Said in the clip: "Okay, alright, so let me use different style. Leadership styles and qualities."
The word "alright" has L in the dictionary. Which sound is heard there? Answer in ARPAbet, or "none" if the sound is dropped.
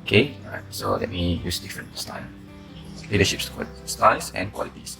none